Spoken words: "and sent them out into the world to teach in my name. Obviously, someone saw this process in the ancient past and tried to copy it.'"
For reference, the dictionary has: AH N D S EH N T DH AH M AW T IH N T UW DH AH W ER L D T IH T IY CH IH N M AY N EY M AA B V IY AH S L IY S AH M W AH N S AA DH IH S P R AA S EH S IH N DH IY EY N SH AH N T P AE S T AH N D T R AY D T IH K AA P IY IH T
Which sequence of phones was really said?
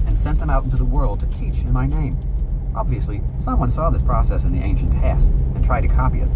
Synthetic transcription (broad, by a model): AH N S EH N DH AH M AW T IH N T UW DH AH W ER L D T IH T IY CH IH N M AY N EY M AA B V IY AH S L IY S AH M W AH N S AA DH IH S P R AA S EH S IH N DH IY EY N SH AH N P AE S AH N T R AY D T IH K AA P IY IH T